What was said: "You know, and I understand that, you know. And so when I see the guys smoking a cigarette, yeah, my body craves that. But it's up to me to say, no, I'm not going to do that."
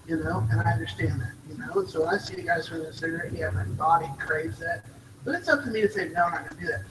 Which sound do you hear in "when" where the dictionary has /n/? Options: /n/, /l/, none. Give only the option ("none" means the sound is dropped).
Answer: none